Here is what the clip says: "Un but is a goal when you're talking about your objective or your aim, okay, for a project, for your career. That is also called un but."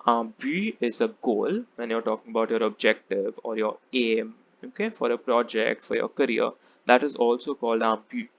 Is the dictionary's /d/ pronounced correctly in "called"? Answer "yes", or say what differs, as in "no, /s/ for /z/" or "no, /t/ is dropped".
yes